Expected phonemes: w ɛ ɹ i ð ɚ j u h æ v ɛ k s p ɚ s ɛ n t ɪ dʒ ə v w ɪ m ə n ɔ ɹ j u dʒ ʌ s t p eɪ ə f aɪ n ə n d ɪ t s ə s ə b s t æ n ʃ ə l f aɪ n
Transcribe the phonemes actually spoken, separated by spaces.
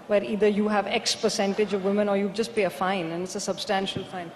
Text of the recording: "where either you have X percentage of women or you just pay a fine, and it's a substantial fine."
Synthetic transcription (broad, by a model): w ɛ ɹ i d ɚ j u h æ v ɛ k s p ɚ s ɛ n t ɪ dʒ ə v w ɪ m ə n ɔ ɹ j u dʒ ʌ s t p eɪ ə f aɪ n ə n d ɪ t s ə s ə b s t æ n ʃ ə l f aɪ n